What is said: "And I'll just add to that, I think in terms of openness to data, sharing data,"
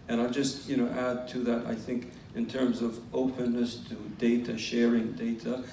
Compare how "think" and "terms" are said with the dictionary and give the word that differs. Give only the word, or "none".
none